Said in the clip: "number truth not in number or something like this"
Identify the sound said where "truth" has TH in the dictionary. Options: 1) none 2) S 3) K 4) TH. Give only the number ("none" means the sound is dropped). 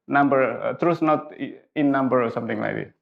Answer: 2